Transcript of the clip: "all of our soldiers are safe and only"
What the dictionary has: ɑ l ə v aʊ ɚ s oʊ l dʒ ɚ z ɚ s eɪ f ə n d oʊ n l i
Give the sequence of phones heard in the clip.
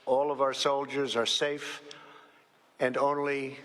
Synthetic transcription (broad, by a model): ɑ l ə v aʊ ɚ s oʊ l dʒ ɚ z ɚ s eɪ f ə n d oʊ n l i